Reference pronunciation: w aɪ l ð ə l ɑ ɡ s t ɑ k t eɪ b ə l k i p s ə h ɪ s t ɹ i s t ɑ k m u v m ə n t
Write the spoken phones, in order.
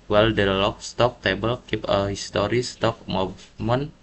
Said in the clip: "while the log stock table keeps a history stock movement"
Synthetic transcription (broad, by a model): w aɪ l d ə l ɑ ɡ s t ɑ k t eɪ b ə l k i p ə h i s t ɹ i s t ɑ k m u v m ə n